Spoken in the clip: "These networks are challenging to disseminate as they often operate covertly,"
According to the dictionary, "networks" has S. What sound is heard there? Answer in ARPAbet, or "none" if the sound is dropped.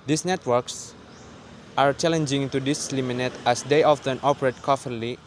S